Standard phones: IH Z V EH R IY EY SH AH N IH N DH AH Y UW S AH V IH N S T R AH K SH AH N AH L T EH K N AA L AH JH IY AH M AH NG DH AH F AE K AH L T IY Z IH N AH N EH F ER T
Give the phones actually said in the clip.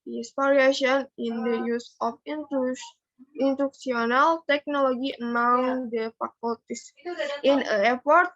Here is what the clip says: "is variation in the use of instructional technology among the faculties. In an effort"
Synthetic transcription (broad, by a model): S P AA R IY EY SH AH N IH N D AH Y UW S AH F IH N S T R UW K S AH N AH L T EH K N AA L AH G IY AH M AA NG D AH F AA K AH L T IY S IH N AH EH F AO T